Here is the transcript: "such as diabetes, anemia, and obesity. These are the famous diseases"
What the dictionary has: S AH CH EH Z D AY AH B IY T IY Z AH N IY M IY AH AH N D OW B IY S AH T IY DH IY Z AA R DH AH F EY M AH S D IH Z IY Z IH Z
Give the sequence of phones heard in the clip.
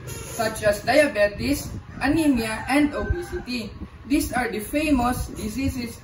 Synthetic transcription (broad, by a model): S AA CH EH S D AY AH B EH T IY S AH N IY M IY AH AH N D OW B IY S AH T IY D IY S AA R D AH F EY M AH S D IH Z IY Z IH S